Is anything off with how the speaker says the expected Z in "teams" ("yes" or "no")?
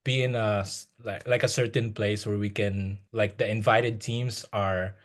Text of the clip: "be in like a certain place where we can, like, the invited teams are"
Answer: yes